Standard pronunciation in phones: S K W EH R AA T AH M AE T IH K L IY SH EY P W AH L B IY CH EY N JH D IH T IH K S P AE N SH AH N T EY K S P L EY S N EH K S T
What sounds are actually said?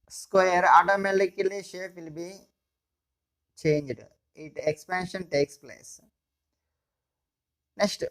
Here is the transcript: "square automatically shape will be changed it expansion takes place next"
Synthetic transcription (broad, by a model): S K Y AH R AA T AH M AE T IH K L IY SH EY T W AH L B IY CH EY N JH D IH T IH K S P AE N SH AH N T EY K S P L EY S N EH K S T